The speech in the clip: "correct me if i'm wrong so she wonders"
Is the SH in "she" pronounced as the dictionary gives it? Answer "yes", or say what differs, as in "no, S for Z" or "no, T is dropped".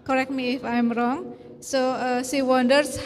no, S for SH